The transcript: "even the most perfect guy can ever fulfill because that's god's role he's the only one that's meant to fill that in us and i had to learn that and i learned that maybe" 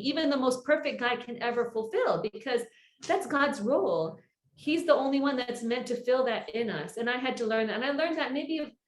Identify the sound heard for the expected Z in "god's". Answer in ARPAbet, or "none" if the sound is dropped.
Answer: Z